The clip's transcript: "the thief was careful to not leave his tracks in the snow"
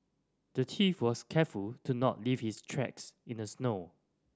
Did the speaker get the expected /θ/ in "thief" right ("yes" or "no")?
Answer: no